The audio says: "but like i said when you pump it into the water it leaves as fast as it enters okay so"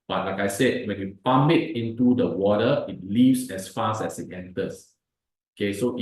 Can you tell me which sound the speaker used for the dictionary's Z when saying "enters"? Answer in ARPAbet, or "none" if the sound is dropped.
S